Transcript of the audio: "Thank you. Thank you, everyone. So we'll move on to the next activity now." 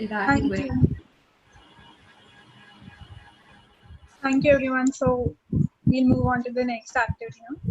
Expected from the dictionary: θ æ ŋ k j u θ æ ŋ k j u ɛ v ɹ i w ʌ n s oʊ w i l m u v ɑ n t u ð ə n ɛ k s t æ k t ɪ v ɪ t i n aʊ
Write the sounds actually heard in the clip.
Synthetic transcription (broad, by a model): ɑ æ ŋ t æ ŋ k j u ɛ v ɹ i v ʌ n s oʊ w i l m u v ɑ n t u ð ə n ɛ k s t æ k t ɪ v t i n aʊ